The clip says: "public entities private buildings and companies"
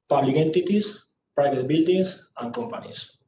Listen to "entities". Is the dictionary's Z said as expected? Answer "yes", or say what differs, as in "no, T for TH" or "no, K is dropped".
no, S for Z